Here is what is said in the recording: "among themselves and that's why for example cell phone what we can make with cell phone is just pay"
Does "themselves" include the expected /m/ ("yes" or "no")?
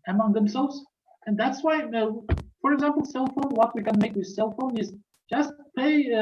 yes